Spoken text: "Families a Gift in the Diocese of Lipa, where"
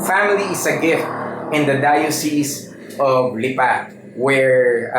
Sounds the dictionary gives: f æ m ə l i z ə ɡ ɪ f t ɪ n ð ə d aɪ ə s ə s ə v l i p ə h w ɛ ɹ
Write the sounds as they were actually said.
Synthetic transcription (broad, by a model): f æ m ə l i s ə ɡ ɪ f t ɪ n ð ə d aɪ ə s ə s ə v l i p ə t w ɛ ɹ